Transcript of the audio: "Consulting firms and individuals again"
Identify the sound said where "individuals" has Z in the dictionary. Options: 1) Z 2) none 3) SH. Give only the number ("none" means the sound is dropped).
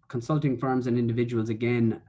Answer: 1